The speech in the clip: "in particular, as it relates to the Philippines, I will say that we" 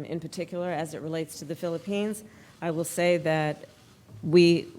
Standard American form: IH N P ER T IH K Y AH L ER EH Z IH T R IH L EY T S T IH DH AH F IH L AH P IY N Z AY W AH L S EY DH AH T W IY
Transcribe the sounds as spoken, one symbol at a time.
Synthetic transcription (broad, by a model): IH N P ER T IH K Y L ER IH Z IH T R IH L EY T S T IH DH AH F IH L AH P IY N Z AY W AH L S EY DH AH T W IY